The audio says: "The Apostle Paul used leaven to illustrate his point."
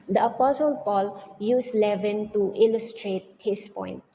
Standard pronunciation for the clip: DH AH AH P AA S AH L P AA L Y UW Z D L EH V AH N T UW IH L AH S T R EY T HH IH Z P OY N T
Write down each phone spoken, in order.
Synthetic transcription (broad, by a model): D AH AH P AA S AH L P AA L Y UW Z L EH V AH N T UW IH L AH S T R EY T HH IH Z P OY N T